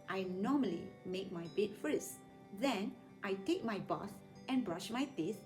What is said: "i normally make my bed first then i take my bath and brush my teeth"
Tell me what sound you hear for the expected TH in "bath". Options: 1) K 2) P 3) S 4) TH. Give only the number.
3